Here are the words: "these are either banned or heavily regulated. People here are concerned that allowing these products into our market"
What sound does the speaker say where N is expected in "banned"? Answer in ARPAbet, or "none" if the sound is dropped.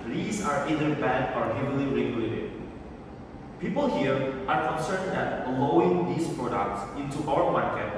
none